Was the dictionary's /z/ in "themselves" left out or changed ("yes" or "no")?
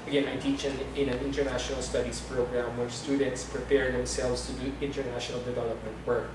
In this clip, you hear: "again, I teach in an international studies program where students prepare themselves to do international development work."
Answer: yes